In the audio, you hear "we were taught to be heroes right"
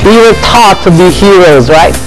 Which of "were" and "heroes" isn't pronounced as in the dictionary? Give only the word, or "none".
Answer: none